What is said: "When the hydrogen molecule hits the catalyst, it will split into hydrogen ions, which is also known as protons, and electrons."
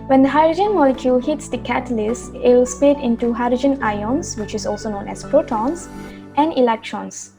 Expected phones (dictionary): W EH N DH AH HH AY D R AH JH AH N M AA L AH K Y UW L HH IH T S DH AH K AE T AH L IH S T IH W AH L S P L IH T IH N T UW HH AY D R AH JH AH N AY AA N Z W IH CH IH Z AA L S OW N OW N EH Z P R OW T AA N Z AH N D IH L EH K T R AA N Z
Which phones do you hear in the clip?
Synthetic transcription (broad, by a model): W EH N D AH HH AY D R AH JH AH N M AA L AH K Y UW L HH IH T S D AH K AE T AH L IH S T IH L S P IH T IH N T UW HH AY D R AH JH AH N AY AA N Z W IH CH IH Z AA L S OW N OW N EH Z P R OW T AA N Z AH N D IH L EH K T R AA N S